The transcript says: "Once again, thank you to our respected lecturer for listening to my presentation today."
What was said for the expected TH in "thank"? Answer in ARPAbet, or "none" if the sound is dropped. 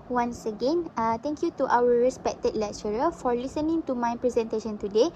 T